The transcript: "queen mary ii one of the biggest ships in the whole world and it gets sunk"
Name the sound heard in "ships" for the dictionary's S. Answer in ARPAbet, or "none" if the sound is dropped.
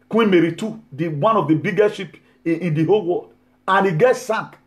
none